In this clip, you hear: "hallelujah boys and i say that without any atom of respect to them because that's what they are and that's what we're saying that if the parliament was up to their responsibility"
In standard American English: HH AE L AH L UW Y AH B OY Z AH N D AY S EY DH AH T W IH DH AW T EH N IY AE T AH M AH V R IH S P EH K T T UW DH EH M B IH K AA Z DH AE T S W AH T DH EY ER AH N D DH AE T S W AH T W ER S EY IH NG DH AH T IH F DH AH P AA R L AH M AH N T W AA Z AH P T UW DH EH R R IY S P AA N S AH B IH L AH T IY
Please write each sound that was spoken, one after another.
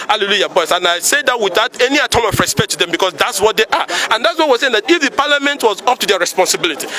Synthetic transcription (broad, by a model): HH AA L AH L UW Y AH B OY S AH N AY S EY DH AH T W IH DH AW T EH N IY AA T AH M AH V R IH S P EH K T T UW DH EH M B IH K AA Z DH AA T S W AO T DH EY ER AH N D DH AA T S W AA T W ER S EY IH NG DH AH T IH F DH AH P AA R L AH M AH N T W AA Z AH P T UW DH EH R R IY S P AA N S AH B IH L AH T IY